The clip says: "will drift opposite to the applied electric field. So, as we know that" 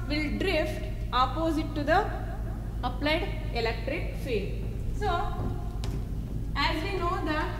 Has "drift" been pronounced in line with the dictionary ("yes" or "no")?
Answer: yes